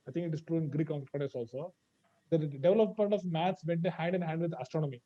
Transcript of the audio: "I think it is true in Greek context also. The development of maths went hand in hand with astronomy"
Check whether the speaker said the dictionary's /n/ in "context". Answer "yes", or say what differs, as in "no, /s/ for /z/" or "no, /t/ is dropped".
no, /n/ is dropped